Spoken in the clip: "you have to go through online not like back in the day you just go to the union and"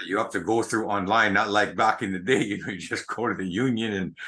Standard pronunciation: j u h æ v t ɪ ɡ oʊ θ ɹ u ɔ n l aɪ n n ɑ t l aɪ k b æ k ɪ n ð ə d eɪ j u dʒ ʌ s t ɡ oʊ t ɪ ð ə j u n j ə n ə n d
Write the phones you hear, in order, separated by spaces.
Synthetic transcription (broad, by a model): j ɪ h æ f t ɪ ɡ oʊ θ ɹ u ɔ n l aɪ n n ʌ t l aɪ k b æ k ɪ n ð ə d eɪ j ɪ dʒ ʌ s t ɡ oʊ t ɪ ð ə j u n j ə n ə n